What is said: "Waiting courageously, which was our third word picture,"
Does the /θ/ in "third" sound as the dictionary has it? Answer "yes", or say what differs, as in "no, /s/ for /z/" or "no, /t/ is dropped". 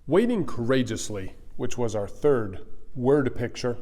yes